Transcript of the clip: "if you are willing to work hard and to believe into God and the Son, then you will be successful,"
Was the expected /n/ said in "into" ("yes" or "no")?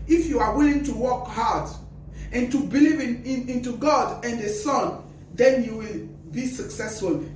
yes